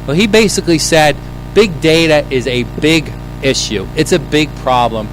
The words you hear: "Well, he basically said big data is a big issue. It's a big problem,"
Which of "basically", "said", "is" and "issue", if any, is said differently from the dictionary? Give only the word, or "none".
none